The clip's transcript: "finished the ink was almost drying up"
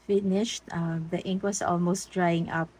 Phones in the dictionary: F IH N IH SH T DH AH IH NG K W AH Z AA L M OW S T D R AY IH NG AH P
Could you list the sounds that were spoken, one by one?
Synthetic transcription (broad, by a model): F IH N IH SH T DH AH IH NG K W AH S AA L M OW S T D R AY IH NG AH P